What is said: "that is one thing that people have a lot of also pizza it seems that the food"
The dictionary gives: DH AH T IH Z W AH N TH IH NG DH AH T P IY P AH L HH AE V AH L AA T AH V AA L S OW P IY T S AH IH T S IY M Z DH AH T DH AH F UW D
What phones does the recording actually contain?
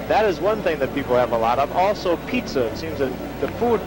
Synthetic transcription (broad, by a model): DH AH T IH Z W AH N TH IH NG DH AH T P IY P L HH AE V AH L AA T AH V AA L S OW P IY T S AH IH T S IY M Z DH AH T DH AH F UW D